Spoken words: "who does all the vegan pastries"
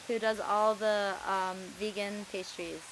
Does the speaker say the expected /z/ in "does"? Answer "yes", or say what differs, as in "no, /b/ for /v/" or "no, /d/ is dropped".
yes